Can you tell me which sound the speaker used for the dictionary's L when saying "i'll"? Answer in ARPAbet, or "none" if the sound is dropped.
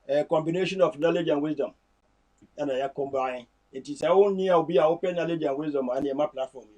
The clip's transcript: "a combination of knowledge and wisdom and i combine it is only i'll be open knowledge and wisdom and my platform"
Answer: W